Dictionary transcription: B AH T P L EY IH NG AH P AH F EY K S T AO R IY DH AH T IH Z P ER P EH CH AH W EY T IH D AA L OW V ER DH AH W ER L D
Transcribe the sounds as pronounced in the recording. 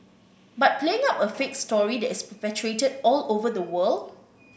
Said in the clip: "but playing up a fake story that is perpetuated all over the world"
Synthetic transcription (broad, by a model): B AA T P L EY IH NG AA P AH F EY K S T AO R IY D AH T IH S P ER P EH CH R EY T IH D AA L OW V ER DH AH W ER L D